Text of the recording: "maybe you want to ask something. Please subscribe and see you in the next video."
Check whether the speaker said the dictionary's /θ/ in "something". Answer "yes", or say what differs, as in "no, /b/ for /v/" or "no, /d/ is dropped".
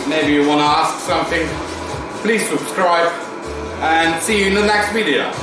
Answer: yes